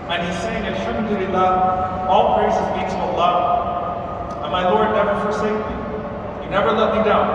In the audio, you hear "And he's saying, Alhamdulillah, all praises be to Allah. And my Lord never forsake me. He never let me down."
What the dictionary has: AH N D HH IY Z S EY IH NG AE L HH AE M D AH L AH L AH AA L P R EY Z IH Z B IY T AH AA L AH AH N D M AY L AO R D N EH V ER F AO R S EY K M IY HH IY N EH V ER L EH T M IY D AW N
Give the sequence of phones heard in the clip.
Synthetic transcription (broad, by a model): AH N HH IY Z S EY IH NG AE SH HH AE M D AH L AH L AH AA L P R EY S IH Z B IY S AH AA L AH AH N M AY L AO R D N EH V ER F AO R S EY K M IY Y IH N EH V ER L EH T M IY D AW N